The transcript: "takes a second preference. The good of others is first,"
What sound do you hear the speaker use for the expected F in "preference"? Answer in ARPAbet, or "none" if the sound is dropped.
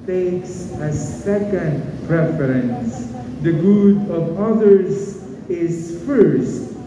F